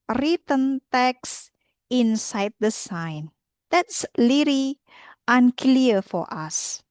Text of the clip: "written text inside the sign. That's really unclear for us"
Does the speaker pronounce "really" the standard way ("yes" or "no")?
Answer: no